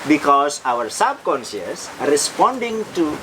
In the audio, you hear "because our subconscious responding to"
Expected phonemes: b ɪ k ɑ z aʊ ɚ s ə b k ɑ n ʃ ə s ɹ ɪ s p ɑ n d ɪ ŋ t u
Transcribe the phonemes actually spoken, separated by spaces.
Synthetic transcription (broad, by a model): b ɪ k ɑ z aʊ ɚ s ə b k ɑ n s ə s ɹ ɪ s p ɑ n d ɪ ŋ t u